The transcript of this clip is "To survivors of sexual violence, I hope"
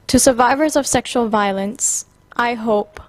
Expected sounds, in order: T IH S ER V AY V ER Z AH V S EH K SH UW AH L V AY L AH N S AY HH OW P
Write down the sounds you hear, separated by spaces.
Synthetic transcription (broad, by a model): T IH S ER V AY V ER Z AH V S EH K SH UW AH L V AY L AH N S AY HH OW P